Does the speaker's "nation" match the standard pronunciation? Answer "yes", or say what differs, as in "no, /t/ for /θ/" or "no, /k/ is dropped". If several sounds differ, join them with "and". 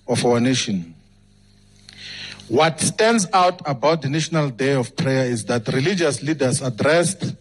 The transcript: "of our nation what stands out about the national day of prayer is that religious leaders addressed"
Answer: yes